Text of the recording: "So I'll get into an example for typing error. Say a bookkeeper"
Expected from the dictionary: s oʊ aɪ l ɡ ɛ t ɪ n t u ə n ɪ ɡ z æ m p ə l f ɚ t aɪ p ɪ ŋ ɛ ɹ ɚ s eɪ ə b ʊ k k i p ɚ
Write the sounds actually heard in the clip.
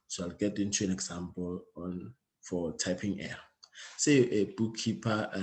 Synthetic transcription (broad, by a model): s oʊ aɪ l ɡ ɛ t ɪ n t u ə n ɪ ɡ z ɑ m p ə l f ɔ t aɪ p ɪ ŋ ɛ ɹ s eɪ ə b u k k i p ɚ